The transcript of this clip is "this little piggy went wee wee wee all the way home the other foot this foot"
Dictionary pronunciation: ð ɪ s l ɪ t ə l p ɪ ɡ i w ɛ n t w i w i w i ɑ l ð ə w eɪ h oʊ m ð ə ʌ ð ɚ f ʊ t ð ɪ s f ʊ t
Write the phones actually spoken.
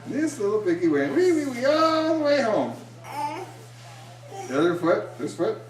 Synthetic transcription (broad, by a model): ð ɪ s l ɪ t l b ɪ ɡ i w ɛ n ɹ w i w i w i ɑ l ð ə w eɪ h oʊ m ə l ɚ f ʊ t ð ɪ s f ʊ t